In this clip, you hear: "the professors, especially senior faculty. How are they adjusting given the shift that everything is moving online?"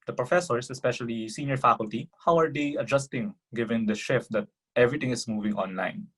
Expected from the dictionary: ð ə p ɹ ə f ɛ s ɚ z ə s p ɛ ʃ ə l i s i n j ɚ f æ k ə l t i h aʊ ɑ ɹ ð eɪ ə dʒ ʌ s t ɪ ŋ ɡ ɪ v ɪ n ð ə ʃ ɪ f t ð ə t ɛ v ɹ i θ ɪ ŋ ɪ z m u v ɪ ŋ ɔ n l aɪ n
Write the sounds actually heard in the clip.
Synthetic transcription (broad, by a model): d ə p ɹ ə f ɛ s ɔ s ə s p ɛ ʃ ə l i s i n j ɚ f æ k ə l t i h aʊ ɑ ɹ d eɪ ə dʒ ʌ s t ɪ ŋ ɡ ɪ v ɪ n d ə ʃ ɪ f t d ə t ɛ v ɹ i t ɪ ŋ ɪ s m u v ɪ ŋ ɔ n l aɪ n